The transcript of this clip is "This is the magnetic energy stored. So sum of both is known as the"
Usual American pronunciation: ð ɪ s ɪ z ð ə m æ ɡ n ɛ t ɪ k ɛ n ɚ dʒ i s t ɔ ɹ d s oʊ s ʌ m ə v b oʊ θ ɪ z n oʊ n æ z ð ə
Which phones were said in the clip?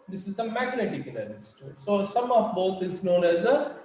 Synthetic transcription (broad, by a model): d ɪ s ɪ z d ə m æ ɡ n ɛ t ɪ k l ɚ i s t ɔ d s oʊ s ʌ m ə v b oʊ t ɪ z n oʊ n æ z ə